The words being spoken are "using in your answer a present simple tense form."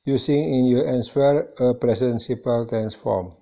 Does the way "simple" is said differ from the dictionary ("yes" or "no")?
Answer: yes